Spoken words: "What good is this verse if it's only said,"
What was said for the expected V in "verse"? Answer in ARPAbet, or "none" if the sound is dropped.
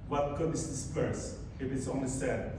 P